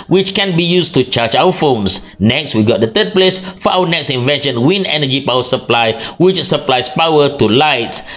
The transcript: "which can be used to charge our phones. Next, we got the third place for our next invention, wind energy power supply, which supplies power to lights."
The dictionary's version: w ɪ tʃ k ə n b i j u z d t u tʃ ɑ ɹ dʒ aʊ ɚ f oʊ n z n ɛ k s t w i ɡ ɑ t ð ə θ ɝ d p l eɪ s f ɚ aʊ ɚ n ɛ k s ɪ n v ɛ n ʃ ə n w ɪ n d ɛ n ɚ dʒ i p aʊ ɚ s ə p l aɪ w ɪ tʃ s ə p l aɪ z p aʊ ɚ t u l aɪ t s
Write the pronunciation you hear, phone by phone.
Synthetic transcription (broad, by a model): w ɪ tʃ k ə n b i j u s t u tʃ ɑ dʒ aʊ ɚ f oʊ n s n ɛ k s t w i ɡ ɑ t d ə t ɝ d p l eɪ s f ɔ aʊ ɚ n ɛ k s ɪ n v ɛ n ʃ ə n w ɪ n ɛ n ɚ dʒ i p aʊ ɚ s ə p l aɪ w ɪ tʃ s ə p l aɪ s p aʊ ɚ t u l aɪ t s